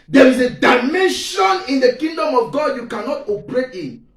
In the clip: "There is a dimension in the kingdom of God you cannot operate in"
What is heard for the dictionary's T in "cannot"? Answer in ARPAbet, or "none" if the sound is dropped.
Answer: T